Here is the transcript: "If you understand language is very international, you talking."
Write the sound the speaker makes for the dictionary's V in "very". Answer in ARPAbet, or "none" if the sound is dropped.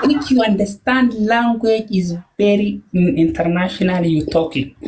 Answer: B